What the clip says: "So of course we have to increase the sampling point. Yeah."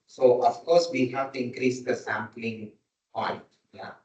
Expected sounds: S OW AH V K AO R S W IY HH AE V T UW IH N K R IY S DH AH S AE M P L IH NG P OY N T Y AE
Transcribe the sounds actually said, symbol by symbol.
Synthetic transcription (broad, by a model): S OW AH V K AO R S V IY HH AE V T UW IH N K R IY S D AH S AE M P L IH NG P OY T Y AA